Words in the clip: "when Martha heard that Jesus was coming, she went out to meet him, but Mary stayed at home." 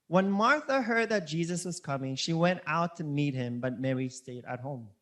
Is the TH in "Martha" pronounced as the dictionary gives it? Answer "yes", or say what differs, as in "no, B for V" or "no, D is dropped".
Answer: yes